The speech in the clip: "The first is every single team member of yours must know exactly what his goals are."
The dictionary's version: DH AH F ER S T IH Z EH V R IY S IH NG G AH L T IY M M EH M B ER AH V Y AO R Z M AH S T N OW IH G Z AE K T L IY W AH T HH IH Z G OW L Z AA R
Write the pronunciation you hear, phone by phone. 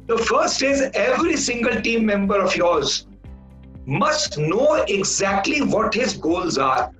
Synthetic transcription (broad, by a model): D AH F ER S T IH Z EH V R IY S IH NG G AH L T IY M M EH M B ER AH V Y AO R Z M AH S T N OW IH G Z AE K T L IY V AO T HH IH Z G OW L Z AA R